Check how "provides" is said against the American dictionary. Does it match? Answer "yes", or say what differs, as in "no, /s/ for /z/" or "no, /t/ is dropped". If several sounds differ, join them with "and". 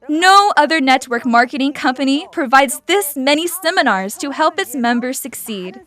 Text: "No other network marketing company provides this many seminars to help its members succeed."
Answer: yes